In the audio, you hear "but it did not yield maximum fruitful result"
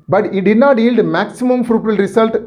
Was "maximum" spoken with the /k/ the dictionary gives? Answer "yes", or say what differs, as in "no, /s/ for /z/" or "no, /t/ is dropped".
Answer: yes